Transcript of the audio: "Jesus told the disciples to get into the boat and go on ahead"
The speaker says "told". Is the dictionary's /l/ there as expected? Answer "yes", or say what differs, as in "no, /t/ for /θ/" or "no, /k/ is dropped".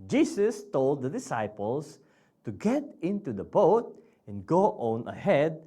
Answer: yes